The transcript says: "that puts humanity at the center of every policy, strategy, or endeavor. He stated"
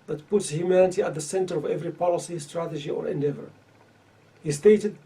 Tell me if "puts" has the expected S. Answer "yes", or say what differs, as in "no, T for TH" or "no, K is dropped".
yes